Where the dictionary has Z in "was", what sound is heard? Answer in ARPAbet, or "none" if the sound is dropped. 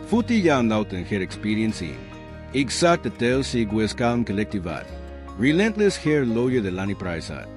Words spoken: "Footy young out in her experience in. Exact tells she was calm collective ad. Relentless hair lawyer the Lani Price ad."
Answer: S